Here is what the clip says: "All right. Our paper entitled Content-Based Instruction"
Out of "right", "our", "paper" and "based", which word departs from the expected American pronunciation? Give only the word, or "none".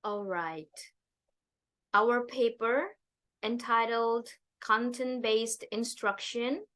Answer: none